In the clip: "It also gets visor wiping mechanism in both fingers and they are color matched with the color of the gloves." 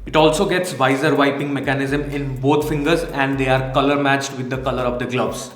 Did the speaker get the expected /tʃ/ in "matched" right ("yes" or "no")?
yes